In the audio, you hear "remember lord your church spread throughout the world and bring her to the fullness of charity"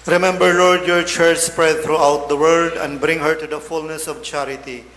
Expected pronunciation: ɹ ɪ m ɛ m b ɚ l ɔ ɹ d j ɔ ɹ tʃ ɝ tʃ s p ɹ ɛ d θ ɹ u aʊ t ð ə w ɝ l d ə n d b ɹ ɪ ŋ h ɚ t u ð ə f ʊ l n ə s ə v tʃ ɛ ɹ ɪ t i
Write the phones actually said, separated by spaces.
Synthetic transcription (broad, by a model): ɹ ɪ m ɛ m b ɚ l ɔ ɹ d j ɔ ɹ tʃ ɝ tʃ s p ɹ ɛ d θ ɹ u aʊ t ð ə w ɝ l d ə n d b ɹ ɪ ŋ h ɚ t u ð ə f ʊ l n ə s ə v tʃ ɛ ɹ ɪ t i